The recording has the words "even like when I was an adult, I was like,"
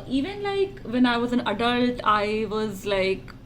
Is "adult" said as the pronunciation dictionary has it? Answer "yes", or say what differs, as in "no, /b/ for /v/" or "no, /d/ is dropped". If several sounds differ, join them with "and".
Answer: yes